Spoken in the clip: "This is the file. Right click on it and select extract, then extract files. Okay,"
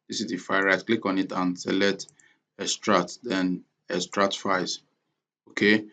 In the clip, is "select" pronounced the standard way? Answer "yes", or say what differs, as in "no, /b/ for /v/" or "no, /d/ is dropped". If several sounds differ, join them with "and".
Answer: no, /k/ is dropped